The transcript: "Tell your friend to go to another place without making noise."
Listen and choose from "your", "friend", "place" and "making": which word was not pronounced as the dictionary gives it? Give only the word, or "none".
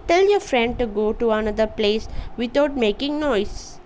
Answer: none